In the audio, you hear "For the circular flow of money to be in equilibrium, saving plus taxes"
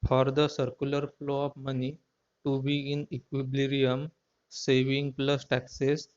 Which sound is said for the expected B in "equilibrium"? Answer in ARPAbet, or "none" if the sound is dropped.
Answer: none